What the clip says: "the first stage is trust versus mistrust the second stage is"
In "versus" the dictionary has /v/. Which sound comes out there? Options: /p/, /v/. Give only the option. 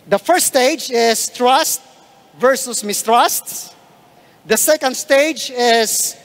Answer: /v/